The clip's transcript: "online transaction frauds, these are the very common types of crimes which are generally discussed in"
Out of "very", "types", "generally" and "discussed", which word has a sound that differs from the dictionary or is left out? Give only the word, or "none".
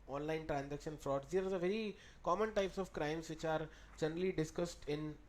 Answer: none